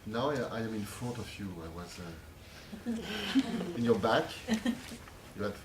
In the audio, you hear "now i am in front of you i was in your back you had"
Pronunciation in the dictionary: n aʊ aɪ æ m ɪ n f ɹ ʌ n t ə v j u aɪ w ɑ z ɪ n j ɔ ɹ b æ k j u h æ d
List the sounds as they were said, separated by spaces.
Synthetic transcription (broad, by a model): n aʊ aɪ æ m ɪ n f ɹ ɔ t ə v j u aɪ w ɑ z ɪ n j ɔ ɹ b æ k j u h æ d